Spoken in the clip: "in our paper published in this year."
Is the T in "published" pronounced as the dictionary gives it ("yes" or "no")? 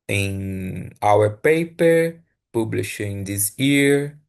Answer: no